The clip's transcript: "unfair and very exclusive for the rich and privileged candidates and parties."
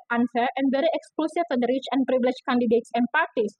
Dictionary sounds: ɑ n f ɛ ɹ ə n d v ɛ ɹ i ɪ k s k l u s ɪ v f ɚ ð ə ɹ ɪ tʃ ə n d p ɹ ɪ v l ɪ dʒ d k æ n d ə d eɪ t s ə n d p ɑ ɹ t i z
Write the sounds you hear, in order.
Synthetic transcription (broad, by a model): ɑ n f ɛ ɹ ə n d v ɛ ɹ i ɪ k s k l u s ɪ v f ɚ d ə ɹ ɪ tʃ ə n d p ɹ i b l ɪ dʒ k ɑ n d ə d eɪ t s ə n p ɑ ɹ t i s